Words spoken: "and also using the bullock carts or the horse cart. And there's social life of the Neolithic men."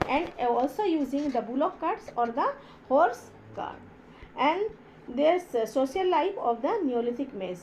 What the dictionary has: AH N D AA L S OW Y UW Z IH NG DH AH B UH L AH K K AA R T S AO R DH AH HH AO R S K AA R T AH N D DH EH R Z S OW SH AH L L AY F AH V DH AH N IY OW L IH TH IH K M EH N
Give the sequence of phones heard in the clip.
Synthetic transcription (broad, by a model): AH N D AA L S OW Y UW Z IH NG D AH B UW L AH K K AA R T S AO R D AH HH AO R S K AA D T AH N D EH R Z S OW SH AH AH L AY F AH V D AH N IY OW L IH T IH K M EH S